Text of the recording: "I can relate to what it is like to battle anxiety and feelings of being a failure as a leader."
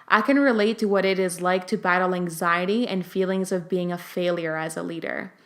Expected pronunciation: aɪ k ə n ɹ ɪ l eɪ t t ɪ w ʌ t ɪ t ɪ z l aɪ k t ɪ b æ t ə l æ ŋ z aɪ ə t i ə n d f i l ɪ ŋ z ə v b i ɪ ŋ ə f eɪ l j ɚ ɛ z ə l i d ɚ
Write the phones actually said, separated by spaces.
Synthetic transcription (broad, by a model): aɪ k ə n ɹ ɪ l eɪ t t ɪ w ʌ t ɪ t ɪ z l aɪ k t ɪ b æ t l æ ŋ z aɪ ə t i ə n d f i l ɪ ŋ z ə v b i ɪ ŋ ə f eɪ l j ɚ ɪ z ə l i d ɚ